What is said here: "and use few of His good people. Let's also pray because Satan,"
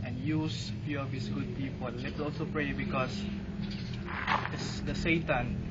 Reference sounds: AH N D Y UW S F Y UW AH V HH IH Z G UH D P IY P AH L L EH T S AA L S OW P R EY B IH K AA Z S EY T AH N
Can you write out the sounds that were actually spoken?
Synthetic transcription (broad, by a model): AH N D Y UW S F Y UW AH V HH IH S G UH D P IY P AH L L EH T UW AA L S OW P R EY B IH K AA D S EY T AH N